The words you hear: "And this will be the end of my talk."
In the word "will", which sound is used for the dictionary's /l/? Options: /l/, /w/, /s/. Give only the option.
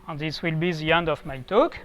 /l/